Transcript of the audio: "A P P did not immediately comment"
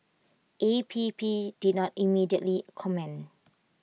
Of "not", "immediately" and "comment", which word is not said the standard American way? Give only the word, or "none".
comment